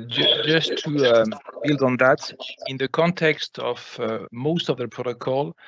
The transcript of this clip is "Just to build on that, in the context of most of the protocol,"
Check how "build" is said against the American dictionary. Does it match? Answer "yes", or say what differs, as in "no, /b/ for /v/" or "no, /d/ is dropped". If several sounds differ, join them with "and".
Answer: yes